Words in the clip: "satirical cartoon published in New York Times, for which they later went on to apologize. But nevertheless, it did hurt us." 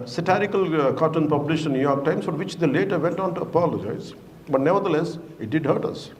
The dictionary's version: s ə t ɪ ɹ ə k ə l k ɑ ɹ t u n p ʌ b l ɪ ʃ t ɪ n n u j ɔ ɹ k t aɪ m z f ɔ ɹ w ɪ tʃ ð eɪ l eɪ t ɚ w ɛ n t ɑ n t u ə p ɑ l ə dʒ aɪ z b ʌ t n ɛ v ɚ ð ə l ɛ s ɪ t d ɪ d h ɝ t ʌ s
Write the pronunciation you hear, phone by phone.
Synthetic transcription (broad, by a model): s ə t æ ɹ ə k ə l k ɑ t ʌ n p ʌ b l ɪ ʃ ɪ n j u j ɔ ɹ k t aɪ m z f ɔ ɹ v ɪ tʃ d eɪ l eɪ t ɚ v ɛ n t ɑ n t u ə p ɑ l ə dʒ aɪ z b ʌ t n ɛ v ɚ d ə l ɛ s ɪ t d ɪ d h ɝ t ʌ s